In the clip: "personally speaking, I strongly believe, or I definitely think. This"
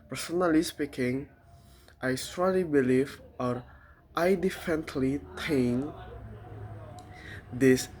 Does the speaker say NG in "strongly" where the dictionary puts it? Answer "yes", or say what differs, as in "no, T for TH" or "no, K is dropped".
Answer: no, NG is dropped